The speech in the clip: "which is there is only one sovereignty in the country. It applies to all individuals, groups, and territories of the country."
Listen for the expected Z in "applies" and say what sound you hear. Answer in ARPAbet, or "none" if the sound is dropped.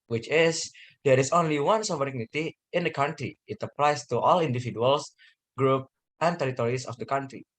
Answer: S